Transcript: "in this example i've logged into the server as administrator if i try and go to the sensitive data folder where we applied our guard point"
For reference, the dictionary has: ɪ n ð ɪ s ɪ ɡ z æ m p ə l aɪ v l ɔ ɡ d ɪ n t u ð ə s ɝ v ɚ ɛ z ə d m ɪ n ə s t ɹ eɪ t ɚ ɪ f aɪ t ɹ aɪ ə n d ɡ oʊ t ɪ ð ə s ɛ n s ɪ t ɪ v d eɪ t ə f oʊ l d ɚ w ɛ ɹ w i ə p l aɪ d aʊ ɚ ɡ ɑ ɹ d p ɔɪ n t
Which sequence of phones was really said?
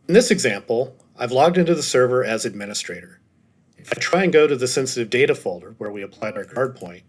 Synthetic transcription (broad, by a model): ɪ n ð ɪ s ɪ ɡ z æ m p l aɪ v l ɔ ɡ d ɪ n t u ð ə s ɝ v ɚ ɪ z ə d m ɪ n ə s t ɹ eɪ t ɚ ɪ f aɪ t ɹ aɪ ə n ɡ oʊ t ɪ ð ə s ɛ n s ɪ t ɪ v d eɪ t ə f oʊ l d ɚ w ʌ ɹ w i ə p l aɪ d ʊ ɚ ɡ ɑ ɹ d p ɔɪ n t